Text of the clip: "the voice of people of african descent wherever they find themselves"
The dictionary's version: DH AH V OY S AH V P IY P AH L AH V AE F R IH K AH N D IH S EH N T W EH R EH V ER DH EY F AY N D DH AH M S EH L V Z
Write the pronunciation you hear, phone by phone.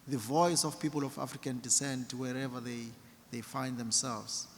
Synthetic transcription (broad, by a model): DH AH V OY S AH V P IY P AH L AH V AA F R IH K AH N D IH S EH N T W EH R EH V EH DH EY F AY N D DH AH M S EH L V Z